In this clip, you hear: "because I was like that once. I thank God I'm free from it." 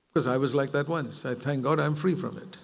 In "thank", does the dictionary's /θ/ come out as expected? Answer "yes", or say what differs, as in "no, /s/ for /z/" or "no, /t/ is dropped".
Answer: yes